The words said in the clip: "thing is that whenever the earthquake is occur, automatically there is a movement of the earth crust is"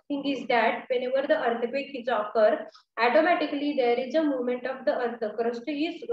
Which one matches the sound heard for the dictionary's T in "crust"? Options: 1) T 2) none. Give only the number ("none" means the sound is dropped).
1